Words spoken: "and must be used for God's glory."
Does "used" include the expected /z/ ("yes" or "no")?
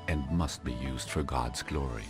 yes